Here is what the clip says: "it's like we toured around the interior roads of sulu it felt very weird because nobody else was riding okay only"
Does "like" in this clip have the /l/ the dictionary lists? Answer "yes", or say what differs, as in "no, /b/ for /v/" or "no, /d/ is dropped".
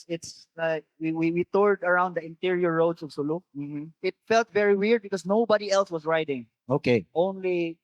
no, /w/ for /l/